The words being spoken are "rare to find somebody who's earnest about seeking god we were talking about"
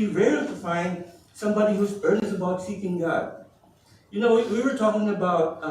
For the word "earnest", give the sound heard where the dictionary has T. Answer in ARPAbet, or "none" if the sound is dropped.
none